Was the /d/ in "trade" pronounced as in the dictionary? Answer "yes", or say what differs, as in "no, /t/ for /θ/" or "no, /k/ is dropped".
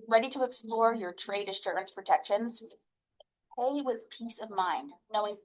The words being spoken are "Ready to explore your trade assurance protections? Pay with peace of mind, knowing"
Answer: yes